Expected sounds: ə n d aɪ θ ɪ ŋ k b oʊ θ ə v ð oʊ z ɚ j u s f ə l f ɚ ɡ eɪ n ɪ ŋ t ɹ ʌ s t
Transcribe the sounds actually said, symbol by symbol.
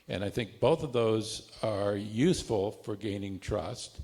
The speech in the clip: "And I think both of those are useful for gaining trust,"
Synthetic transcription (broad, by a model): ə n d aɪ θ ɪ ŋ k b oʊ θ ə v ð oʊ z ɚ j u s f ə l f ɚ ɡ eɪ n ɪ ŋ t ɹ ʌ s t